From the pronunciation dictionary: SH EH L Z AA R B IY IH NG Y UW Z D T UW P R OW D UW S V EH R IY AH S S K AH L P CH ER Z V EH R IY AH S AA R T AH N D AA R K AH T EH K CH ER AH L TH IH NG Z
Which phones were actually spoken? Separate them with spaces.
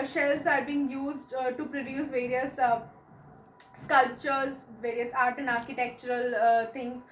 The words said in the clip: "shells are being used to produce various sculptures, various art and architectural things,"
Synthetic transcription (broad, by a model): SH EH L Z AA R B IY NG Y UW Z D T UW P R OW D UW S V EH R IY AH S S K AH L P CH ER Z V EH R IY AH S AA R T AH N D AA R K AH T EH K CH ER AH L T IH NG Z